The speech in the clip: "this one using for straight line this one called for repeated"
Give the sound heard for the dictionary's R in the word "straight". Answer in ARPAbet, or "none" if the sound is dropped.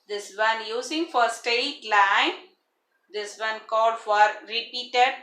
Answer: none